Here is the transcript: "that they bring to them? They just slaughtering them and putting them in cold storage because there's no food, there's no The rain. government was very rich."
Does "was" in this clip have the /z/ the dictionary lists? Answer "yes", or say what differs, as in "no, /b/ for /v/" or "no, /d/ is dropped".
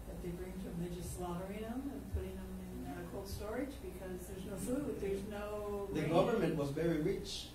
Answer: yes